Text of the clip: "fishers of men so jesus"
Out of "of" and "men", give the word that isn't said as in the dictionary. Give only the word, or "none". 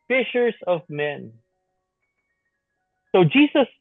none